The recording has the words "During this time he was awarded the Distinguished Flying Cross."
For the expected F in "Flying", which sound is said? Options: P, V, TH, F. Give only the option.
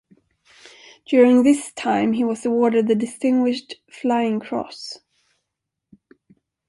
F